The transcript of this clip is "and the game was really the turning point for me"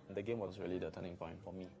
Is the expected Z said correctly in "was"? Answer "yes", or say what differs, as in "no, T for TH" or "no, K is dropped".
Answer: no, S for Z